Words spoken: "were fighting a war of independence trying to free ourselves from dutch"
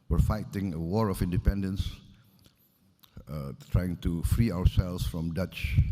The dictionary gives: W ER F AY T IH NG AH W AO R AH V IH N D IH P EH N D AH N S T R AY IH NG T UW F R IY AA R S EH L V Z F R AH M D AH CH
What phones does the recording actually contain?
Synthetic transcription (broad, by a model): W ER F AY T IH NG AH W AO R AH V IH N D IH P EH N D AH N S T R AY IH NG T UW F R IY AA W S EH L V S F R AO M D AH CH